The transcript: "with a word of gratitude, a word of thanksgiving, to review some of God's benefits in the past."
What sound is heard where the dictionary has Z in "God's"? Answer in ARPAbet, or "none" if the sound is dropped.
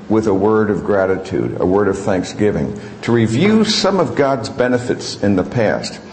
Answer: Z